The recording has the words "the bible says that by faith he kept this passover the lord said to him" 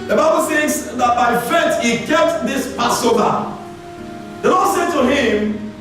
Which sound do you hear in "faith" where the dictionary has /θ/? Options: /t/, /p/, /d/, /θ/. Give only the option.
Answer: /t/